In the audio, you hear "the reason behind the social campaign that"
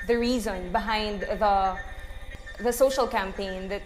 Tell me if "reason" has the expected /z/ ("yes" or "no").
yes